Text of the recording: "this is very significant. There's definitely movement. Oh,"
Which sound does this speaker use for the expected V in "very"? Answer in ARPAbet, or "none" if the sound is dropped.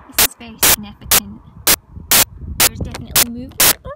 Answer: B